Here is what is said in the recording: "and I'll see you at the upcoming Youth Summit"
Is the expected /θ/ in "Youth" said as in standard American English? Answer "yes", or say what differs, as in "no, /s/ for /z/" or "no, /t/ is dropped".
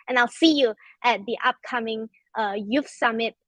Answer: no, /f/ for /θ/